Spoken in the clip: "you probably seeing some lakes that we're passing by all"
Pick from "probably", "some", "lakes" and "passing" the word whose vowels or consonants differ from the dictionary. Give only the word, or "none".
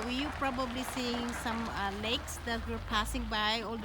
none